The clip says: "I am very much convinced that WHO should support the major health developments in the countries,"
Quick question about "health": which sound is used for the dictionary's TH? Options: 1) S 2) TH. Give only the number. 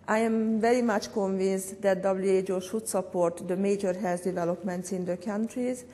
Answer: 1